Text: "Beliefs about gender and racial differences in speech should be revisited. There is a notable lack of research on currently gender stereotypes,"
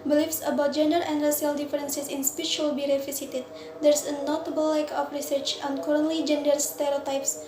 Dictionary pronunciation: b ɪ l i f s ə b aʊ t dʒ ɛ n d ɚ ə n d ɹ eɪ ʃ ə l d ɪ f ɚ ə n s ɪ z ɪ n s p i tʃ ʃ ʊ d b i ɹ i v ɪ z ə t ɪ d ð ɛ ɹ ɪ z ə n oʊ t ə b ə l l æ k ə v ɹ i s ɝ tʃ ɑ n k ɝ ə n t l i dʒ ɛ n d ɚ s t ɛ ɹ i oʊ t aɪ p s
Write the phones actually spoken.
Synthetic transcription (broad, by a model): b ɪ l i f s ə b aʊ t dʒ ɛ n d ɚ ə n d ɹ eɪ s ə l d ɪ f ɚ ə n s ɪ s ɪ n s p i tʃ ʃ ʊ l b i ɹ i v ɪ s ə t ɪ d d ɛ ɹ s ə n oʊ t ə b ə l l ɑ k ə f ɹ i s ɝ tʃ ɑ n k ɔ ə n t l i dʒ ɛ n d ɚ s t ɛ ɹ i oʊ t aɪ p s